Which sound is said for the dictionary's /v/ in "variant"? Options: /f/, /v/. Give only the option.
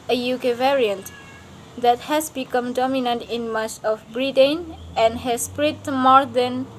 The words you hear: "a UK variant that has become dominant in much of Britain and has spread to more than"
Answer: /v/